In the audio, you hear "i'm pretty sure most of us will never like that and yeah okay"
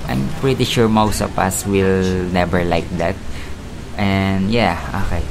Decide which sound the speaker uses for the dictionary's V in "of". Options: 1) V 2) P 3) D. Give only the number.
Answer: 2